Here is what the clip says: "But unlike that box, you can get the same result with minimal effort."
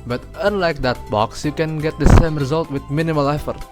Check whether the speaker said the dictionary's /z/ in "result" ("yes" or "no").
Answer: yes